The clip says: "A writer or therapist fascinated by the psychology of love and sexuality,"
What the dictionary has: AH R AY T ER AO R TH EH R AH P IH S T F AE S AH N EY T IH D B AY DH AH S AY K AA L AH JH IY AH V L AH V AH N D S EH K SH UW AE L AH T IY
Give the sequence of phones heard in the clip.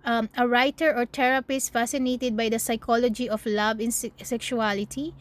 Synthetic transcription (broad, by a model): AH R AY T ER AO R T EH R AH P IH S T F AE S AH N EY T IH D B AY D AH S AY K AA L AH JH IY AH F L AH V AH N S S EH K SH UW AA L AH T IY